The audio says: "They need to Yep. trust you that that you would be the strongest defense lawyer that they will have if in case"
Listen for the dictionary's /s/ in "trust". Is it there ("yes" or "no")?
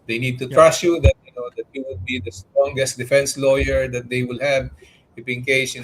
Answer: no